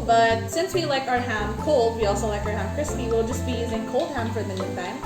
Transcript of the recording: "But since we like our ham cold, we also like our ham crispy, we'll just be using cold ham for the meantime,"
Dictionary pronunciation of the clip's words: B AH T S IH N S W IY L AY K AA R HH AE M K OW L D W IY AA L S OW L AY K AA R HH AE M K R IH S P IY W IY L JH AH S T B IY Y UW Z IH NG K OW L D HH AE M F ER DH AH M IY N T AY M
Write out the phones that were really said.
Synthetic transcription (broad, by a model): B AH T S IH N S W IY L AY K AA R HH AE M K OW L D W IY AA L S OW L AY K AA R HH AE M K R IH S P IY W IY L JH AH S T B IY Y UW Z IH NG K OW L D HH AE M F ER DH AH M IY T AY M